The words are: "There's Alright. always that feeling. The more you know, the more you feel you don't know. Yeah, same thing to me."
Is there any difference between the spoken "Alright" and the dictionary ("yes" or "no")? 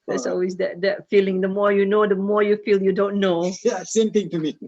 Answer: yes